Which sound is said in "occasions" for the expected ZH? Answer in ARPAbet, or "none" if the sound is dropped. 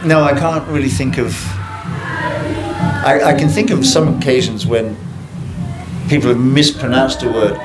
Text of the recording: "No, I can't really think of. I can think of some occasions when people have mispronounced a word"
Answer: ZH